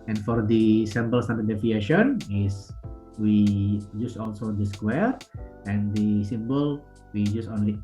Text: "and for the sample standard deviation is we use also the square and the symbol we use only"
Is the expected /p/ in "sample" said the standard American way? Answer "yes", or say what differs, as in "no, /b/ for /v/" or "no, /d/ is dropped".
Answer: no, /b/ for /p/